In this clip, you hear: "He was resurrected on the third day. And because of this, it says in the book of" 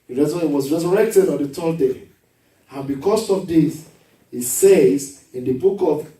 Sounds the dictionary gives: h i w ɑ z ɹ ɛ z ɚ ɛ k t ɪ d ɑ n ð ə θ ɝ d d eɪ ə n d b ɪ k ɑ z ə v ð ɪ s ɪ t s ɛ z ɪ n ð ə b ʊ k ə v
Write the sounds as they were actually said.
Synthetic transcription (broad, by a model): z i w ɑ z ɹ ɛ z ɚ ɛ k t ɪ d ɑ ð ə t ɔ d d eɪ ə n b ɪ k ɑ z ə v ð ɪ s ɪ t s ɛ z ɪ n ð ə b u k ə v